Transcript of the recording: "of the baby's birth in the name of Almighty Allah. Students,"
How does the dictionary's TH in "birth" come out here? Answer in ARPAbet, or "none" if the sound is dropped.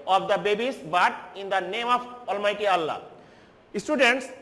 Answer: T